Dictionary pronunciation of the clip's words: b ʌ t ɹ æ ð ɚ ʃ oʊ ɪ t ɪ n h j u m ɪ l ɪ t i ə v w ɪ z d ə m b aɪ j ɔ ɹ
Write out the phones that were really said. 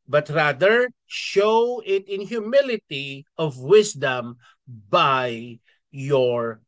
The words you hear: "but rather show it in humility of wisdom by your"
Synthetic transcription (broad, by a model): b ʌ t ɹ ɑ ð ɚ ʃ oʊ ɪ t ɪ n h j u m ɪ l ɪ t i ə v w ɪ s d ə m b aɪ j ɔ ɹ